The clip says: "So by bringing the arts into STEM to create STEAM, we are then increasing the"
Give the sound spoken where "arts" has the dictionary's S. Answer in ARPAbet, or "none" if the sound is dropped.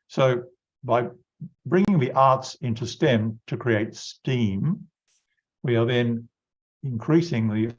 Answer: S